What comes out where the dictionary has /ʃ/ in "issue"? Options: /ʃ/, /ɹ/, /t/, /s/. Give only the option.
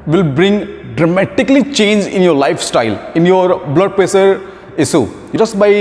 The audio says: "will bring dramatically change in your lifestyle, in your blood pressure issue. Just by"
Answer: /s/